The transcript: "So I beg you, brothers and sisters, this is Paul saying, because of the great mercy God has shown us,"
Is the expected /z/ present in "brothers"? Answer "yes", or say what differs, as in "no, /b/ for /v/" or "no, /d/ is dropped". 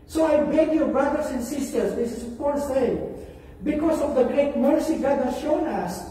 no, /s/ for /z/